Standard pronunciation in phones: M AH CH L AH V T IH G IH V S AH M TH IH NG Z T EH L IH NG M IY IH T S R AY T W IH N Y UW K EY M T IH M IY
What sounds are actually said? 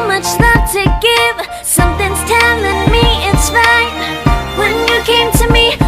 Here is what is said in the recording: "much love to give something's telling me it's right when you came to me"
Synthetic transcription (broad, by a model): M AH CH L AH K T IH G IH V S AH M TH IH NG Z T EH N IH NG M IY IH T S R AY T W IH N Y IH K EY M T IH M IY